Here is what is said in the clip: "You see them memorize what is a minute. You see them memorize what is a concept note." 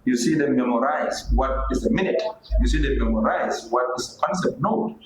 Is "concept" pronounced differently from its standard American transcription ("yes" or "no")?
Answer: yes